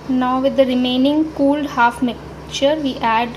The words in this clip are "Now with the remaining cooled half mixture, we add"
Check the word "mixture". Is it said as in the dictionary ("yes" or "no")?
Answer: no